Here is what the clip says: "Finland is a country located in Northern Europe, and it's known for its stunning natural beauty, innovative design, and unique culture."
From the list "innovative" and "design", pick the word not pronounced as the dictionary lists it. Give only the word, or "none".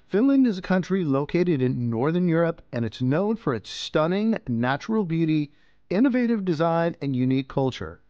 none